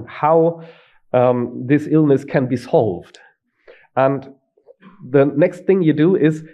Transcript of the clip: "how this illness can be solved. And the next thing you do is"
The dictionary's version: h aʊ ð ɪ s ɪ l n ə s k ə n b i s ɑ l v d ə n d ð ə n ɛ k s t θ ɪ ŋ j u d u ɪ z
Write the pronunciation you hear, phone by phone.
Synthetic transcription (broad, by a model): h aʊ ð ɪ s ɪ l n ə s k ə n b i s ɑ l v d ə n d ð ə n ɛ k s t θ ɪ ŋ j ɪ d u ɪ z